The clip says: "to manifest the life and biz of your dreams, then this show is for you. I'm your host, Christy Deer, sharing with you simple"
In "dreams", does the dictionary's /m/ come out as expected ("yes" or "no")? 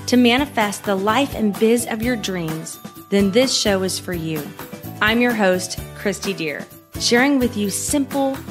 yes